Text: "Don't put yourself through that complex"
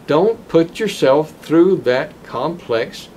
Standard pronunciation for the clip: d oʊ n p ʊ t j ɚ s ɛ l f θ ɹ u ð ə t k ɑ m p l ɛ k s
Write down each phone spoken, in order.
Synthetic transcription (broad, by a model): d oʊ n p ʊ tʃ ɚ s ɛ l f θ ɹ u ð ə t k ɑ m p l ɛ k s